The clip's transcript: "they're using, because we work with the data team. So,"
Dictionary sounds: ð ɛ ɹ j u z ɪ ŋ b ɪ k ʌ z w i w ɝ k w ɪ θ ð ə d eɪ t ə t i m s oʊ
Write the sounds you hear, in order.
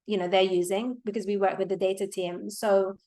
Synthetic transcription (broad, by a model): ð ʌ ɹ j u z ɪ ŋ b ɪ k ʌ z w i w ɝ k w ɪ ð ə d eɪ t ə t i m s oʊ